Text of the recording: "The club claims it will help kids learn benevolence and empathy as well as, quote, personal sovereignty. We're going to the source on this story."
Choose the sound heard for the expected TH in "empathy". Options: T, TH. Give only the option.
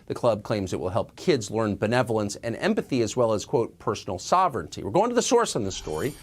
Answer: TH